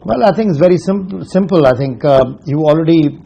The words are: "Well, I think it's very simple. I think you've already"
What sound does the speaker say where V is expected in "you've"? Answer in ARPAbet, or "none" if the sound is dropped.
none